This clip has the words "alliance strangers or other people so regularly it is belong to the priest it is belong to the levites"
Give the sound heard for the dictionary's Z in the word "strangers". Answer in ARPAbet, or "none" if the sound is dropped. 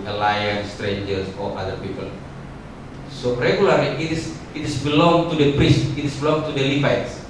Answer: S